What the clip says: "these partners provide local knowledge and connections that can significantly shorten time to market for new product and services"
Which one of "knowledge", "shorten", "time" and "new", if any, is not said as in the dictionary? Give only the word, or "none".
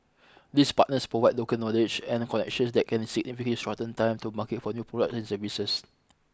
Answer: shorten